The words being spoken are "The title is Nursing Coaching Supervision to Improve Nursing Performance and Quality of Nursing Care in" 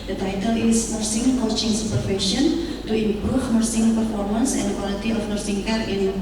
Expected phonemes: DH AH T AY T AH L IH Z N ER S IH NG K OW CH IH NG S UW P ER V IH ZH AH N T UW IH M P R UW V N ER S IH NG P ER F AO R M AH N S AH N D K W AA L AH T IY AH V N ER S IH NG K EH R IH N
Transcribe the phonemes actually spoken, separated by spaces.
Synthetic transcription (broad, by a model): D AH T AY T AH L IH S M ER S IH NG K OW CH IH NG S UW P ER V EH S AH N T UW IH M P R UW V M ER S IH NG P ER F AO R M AH N S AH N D K W AA L AH T IY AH F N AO S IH NG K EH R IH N